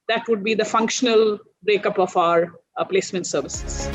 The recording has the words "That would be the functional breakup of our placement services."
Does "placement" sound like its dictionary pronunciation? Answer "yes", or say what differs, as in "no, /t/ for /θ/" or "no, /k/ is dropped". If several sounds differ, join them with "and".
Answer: yes